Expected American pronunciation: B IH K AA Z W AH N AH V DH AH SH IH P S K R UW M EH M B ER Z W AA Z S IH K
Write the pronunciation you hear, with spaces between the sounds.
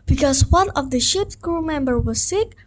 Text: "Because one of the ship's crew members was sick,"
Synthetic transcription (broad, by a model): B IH K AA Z W AH N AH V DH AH SH IH P S K R UW M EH M B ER W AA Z S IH K